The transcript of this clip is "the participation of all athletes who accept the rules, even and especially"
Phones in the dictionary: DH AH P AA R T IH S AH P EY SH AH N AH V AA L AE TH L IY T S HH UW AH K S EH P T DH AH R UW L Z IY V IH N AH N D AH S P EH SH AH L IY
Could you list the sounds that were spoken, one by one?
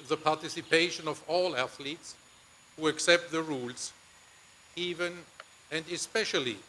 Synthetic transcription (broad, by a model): DH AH P AA R T IH S AH P EY SH AH N AH V AA L AE TH L IY T S HH UW AH K S EH P T DH AH R UW L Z IY V IH N AH N D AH S P EH SH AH L IY